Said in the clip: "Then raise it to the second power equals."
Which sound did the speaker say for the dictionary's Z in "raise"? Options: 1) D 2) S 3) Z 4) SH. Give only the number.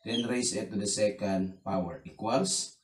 2